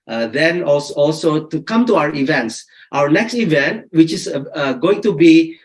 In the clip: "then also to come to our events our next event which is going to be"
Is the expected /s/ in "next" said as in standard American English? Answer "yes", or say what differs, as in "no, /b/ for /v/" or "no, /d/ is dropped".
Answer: yes